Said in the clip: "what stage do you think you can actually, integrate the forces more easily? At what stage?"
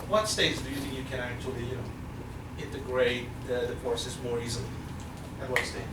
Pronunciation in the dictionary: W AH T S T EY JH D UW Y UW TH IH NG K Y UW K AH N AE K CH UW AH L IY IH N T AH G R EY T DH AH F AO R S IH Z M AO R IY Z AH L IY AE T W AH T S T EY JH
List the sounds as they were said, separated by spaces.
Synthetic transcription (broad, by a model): W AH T S T EY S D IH Y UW TH IH NG K Y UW K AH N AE K CH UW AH N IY IH N T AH G R EY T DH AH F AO R S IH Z M AO R IY Z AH L IY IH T W AH T S T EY